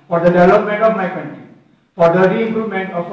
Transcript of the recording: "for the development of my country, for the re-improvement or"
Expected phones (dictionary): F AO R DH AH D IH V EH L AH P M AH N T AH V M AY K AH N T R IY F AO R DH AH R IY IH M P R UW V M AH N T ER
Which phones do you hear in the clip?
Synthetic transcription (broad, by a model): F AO R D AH D IH V EH L AH P M AH N T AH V M AY K AH N T R IY F AO R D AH R IY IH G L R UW M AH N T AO